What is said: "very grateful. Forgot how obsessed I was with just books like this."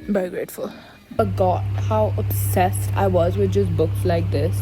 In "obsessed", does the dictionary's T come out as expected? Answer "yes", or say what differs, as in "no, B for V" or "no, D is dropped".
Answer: yes